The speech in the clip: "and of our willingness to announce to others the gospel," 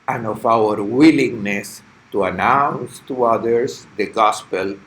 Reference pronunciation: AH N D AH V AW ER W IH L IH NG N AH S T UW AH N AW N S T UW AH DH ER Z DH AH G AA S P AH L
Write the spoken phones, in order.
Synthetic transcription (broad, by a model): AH N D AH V AW ER W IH L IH NG N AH S T UW AH N AW N S T UW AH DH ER S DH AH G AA S P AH L